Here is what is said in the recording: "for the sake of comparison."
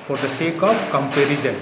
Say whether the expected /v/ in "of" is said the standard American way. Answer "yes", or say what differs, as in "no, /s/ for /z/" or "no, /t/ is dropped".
no, /p/ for /v/